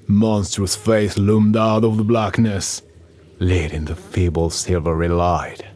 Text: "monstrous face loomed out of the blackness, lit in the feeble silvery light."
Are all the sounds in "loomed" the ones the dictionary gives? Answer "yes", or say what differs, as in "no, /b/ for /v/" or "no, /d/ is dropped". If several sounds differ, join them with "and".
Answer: yes